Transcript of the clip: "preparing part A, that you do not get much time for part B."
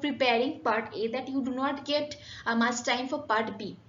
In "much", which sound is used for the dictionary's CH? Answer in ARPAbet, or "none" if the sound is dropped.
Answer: S